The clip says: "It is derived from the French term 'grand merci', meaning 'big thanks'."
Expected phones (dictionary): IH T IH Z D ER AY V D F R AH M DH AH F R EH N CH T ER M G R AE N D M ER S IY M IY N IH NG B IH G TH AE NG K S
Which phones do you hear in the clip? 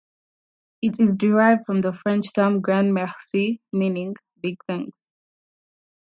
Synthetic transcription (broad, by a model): IH T IH Z D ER AY V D F R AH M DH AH F R EH N CH T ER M G R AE N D M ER S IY M IY N IH NG B IH G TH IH NG S